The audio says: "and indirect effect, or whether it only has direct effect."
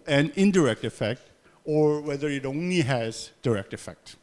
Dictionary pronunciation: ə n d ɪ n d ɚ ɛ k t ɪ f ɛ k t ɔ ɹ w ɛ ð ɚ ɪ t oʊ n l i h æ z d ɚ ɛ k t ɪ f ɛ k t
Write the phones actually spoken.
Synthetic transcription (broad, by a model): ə n ɪ n d ɚ ɛ k t ɪ f ɛ k t ɔ ɹ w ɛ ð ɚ ɪ t oʊ n l i h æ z d ɚ ɛ k t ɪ f ɛ k t